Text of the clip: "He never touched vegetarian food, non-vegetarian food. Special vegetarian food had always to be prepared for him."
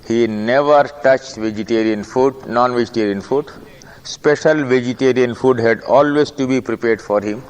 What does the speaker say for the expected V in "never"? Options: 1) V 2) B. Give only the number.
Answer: 1